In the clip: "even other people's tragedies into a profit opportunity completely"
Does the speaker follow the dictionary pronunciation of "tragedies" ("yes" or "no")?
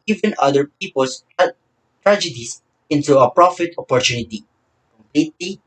no